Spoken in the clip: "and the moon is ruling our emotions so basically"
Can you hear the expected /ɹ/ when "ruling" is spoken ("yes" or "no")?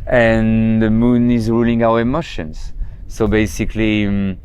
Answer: yes